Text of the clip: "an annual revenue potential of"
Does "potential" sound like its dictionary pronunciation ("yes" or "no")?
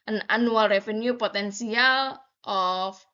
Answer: no